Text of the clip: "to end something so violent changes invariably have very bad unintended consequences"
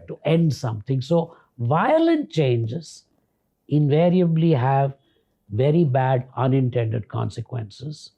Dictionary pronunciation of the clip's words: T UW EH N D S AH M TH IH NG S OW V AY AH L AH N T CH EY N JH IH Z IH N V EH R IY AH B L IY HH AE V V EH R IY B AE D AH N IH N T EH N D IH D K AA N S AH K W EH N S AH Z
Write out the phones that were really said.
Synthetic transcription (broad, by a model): T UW EH N D S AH M T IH NG S OW V AY AH L AH N T CH EY N JH IH Z IH N V EH R IY AH B L IY HH AE V V EH R IY B AE D AH N IH N T EH N D IH D K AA N S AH K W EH N S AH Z